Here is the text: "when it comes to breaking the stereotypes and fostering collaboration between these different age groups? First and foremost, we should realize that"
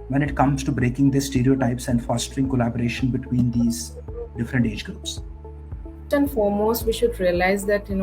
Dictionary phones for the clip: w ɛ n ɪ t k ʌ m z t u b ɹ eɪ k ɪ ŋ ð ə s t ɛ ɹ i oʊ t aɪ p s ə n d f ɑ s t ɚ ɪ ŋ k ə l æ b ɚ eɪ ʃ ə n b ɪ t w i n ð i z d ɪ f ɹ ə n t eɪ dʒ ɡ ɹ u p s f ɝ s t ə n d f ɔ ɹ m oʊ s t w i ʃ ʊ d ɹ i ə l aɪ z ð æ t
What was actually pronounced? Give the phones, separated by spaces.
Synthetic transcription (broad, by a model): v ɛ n ɪ t k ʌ m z t u b ɹ eɪ k ɪ ŋ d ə s t ɛ ɹ i oʊ t aɪ p s ə n d f ɑ s t ɚ ɪ ŋ k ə l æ b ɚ eɪ ʃ ə n b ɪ t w i n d i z d ɪ f ɹ ə n t eɪ dʒ ɡ ɹ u p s s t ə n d f ɔ ɹ m oʊ s t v i ʃ ʊ d ɹ i ə l aɪ z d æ t